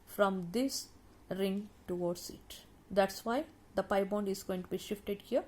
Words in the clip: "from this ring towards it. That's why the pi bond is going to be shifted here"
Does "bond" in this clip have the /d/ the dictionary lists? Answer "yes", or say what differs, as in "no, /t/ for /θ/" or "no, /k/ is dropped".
yes